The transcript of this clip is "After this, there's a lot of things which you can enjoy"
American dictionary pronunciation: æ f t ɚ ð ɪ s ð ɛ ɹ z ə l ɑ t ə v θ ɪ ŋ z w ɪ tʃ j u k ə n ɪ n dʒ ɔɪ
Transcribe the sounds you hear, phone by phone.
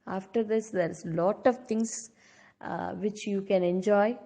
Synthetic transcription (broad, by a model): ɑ f t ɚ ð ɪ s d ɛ ɹ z l ɑ t ə v t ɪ ŋ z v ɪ tʃ j u k ə n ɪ n dʒ ɔɪ